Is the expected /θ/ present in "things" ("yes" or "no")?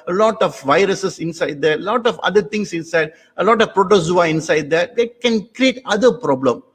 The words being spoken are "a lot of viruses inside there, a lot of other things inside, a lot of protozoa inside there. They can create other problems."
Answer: no